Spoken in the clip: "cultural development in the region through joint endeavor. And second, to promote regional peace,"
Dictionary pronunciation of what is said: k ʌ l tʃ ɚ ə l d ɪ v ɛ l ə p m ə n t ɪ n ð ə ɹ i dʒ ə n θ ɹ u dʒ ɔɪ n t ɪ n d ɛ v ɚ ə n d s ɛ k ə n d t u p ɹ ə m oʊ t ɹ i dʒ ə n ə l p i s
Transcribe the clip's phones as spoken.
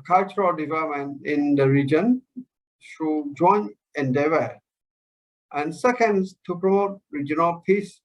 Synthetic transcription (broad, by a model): k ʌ l tʃ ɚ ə l d ɪ v ɛ l ə p m ə n t ɪ n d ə ɹ i dʒ ə n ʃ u dʒ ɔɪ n ɪ n d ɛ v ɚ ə n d s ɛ k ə n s t u p ɹ ə m oʊ t ɹ i dʒ ə n ə l p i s